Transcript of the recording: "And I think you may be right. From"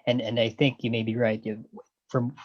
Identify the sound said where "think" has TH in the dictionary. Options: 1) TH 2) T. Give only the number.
1